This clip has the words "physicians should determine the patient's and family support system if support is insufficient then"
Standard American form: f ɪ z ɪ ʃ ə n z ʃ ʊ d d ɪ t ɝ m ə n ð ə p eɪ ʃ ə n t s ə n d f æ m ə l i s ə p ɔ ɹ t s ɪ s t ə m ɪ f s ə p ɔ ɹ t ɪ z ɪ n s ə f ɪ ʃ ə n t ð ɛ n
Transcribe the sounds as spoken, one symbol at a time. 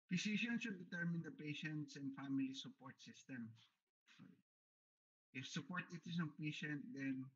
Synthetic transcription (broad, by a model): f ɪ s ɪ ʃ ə n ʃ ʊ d d ɪ t ɝ m ə n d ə p eɪ ʃ ə n t s ə n d f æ m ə l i s ə p ɔ ɹ t s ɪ s t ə m ɪ f s ə p ɔ ɹ t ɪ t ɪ s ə p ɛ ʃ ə n t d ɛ n